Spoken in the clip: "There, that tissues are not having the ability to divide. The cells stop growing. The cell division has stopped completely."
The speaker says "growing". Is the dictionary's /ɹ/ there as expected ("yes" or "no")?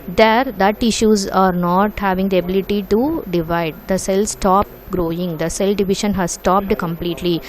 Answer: yes